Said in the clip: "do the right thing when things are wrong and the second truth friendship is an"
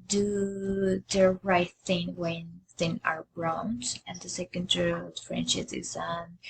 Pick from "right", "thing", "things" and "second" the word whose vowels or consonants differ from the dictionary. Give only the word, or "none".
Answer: things